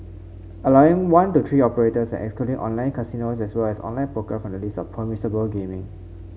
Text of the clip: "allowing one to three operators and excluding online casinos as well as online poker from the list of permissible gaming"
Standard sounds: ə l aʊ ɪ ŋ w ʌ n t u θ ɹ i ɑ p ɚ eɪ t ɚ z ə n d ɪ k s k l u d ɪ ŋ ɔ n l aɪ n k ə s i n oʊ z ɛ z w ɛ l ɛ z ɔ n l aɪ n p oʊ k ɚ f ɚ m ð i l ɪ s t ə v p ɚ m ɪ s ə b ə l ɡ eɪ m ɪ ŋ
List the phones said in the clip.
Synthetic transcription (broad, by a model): ə l aʊ ɪ ŋ w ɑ n t u t ɹ i ɑ p ɚ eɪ t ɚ s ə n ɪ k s k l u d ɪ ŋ ɔ n l aɪ n k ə s i n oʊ s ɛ s w ɛ l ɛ s ɔ n l aɪ n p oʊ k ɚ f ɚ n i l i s ə f p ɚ m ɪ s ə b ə l ɡ eɪ m ɪ ŋ